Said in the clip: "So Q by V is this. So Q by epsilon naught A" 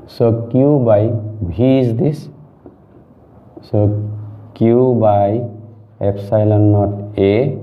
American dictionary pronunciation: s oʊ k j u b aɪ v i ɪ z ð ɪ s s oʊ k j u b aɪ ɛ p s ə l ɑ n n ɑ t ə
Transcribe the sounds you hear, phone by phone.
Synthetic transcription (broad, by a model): s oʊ k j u b aɪ b i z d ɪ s s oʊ k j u b aɪ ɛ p s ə l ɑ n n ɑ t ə